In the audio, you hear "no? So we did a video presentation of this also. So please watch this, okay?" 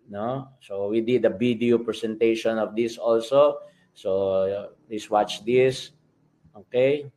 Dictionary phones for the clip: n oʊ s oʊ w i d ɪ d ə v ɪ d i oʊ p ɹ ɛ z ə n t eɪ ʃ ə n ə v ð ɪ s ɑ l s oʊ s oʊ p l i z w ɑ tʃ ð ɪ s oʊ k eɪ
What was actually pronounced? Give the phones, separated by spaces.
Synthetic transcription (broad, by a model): n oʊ s oʊ w i d ɪ d ə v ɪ d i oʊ p ɹ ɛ s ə n t eɪ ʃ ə n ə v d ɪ s ɑ l s oʊ s oʊ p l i s w ɑ tʃ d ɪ s oʊ k eɪ